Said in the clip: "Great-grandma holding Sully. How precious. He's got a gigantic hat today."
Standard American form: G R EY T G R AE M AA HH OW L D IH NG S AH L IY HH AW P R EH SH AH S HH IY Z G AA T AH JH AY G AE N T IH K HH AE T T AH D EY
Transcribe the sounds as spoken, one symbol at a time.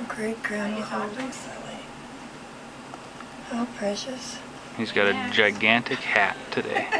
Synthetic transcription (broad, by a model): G R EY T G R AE AA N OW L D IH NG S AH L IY HH AW P R EH SH AH S HH IY Z G AA T AH JH AY G AE N T IH K HH AE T T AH D EY